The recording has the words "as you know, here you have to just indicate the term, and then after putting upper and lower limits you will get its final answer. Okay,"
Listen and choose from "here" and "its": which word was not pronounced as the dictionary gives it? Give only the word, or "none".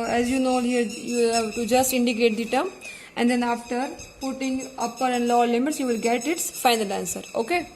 none